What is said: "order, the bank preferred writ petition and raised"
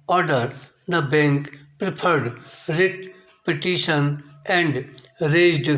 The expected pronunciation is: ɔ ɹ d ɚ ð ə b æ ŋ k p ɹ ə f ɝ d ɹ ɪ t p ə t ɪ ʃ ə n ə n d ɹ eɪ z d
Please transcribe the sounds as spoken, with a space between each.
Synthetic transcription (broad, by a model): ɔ ɹ d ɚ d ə b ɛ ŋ k p ɹ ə p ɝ d ɹ ɪ t p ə t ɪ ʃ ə n ə n d ɹ eɪ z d